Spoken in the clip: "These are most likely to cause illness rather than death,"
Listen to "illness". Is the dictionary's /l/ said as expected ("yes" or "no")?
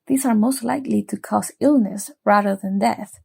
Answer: yes